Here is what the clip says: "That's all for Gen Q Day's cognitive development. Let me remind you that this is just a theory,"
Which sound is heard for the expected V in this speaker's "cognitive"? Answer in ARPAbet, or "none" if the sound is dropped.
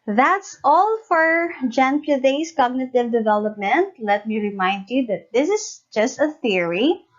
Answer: V